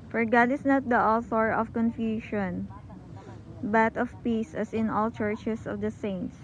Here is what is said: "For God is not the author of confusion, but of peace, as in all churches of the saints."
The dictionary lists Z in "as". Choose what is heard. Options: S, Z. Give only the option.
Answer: S